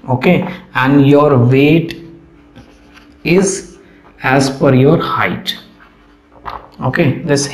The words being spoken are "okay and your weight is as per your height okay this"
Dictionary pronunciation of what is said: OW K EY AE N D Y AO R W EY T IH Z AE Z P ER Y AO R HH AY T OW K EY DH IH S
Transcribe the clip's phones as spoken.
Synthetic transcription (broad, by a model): OW K EY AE N D Y AO R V EY T IH Z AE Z F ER Y AO R HH AY T OW K EY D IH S